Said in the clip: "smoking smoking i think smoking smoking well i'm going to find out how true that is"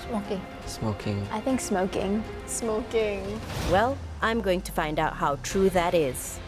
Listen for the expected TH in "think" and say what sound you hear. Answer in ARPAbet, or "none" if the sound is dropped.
TH